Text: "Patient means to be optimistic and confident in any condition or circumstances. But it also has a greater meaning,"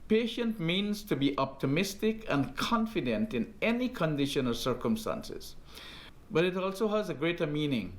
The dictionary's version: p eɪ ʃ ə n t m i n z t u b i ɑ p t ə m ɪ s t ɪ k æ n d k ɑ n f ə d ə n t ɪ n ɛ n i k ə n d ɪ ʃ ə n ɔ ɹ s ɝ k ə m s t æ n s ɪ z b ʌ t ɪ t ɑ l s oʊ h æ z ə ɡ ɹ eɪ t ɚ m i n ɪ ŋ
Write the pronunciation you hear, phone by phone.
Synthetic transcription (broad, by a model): p eɪ ʃ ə n t m i n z t u b i ɑ p t ə m ɪ s t ɪ k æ n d k ɑ n f ə d ə n t ɪ n ɛ n i k ə n d ɪ ʃ ə n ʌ l s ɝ k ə m s t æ n s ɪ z b ʌ t ɪ t ɑ l s oʊ h æ z ə ɡ ɹ eɪ t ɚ m i n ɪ ŋ